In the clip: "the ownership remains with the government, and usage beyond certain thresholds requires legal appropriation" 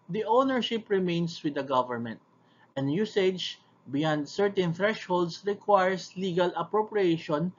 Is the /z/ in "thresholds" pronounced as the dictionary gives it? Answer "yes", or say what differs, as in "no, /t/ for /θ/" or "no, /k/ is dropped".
no, /s/ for /z/